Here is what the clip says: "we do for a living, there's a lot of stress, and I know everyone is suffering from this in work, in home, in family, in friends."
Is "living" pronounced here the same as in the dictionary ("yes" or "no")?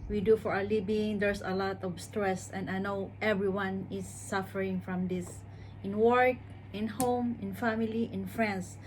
no